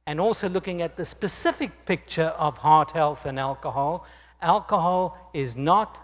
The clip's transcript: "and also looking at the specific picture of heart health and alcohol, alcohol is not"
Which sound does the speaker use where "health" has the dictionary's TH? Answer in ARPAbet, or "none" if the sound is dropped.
TH